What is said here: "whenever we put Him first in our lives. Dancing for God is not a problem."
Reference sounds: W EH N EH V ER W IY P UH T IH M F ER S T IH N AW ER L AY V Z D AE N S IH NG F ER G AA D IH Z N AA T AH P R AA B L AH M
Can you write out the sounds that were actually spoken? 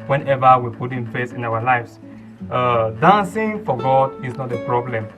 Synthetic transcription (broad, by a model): W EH N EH V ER W IY P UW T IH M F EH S IH N AW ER L AY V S D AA N S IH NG F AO G AA D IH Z N AA T AH P R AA B L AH M